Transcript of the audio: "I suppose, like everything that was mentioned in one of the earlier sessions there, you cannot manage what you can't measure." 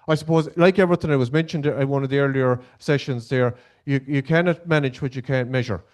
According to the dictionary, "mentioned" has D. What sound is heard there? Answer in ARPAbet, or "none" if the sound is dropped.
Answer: D